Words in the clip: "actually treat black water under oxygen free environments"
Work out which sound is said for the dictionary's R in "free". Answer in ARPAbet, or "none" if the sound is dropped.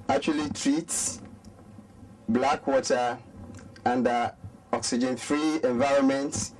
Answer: R